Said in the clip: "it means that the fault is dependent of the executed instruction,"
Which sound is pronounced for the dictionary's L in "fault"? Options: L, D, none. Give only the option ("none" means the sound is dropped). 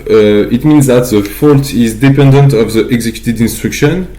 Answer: L